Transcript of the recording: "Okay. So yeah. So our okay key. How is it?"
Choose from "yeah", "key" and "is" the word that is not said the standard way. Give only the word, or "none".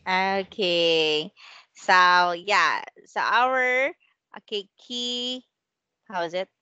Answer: none